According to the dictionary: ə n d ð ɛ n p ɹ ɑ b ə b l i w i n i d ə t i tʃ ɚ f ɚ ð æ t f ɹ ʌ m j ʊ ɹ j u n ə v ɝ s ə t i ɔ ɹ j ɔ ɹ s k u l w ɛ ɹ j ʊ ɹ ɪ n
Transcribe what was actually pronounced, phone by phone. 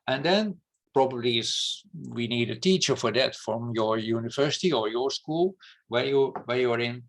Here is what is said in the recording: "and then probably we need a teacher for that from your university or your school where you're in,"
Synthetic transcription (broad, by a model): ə n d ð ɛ n p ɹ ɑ b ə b l i w i n i d ə t i tʃ ɚ f ɚ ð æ t f ɹ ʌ m j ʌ ɹ j u n ə v ɝ s ə t i ɔ ɹ j ɔ ɹ s k u l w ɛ w j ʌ ɹ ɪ n